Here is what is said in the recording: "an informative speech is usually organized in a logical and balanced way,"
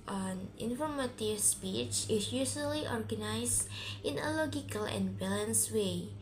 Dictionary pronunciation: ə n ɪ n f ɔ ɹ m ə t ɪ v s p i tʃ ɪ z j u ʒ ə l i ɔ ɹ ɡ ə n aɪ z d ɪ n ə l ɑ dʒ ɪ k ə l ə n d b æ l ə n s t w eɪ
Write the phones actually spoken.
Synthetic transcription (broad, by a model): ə n ɪ n f ɔ ɹ m ə t ɪ v s p i tʃ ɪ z j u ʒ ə l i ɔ ɹ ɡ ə n aɪ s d ɪ n ə l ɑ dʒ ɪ k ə l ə n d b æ l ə n s w eɪ